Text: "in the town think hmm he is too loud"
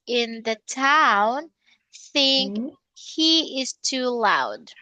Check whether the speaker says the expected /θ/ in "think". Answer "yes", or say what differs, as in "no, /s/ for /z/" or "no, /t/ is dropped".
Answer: yes